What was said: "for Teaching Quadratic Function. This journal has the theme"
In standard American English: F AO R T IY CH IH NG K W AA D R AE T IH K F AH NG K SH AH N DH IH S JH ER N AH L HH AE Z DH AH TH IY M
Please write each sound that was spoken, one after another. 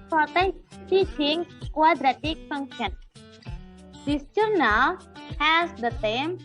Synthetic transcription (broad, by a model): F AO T T IY CH IH NG K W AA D R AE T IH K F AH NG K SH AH N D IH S CH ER N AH HH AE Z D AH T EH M